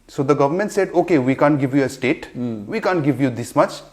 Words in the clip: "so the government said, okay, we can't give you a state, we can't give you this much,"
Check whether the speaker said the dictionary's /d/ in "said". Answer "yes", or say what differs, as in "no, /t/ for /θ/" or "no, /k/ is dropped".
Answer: yes